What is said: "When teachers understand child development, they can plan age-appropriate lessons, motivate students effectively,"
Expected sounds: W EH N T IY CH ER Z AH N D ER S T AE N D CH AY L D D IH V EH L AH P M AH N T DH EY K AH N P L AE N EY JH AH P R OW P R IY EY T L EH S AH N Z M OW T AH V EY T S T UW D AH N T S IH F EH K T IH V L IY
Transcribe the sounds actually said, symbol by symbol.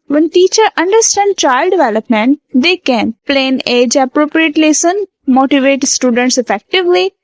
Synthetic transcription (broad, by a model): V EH N T IY CH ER AH N D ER S T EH N D CH AY L D D IH V EH L AH P M AH N T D EY K AH N P L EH N EY JH AH P R OW P R IY EY T L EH S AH N M OW T AH V EY T S T UW D AH N T S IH F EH K T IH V L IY